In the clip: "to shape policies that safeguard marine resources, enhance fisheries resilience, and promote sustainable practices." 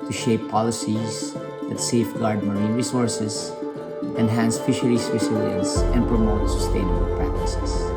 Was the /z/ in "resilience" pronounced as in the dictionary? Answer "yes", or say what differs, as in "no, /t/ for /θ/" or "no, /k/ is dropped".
no, /s/ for /z/